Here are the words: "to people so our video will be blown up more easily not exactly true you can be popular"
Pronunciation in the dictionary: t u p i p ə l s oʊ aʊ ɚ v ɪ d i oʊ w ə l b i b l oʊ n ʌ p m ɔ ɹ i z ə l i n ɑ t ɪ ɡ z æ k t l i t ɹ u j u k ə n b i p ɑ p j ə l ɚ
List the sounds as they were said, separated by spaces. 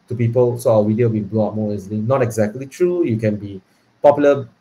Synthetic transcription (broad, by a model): t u p i p ə l s oʊ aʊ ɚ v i d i oʊ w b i b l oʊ ɑ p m ɔ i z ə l i n ɑ t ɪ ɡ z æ k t l i t ɹ u j u k ə n b i p ɑ p j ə l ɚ